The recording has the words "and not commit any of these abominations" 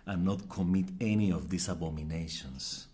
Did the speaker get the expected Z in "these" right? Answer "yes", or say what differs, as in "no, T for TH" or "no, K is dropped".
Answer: no, S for Z